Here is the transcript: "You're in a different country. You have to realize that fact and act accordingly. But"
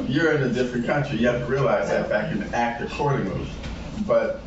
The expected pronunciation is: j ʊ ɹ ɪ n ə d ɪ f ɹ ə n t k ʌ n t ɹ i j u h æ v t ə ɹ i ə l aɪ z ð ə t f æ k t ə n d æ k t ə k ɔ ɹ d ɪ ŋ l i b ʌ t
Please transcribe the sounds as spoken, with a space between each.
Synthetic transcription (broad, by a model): j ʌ ɹ ɪ n ə d ɪ f ɹ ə n k ʌ n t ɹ i j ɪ h æ v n ɹ i ə l aɪ z ð ə t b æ k ə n æ k t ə k ɔ ɹ d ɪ ŋ i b ʌ t